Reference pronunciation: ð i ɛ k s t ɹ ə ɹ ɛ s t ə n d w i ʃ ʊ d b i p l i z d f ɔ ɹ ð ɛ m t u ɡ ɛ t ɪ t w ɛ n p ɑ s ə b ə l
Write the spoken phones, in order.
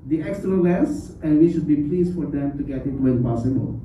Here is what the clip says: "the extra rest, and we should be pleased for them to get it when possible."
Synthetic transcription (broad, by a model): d i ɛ k s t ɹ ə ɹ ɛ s ə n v i ʃ ʊ d b i p l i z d f ɔ ɹ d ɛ m t u ɡ ɛ t ɪ t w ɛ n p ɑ s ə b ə l